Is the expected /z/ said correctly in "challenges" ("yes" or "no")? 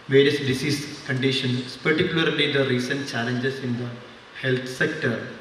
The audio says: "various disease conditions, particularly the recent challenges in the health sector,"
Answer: no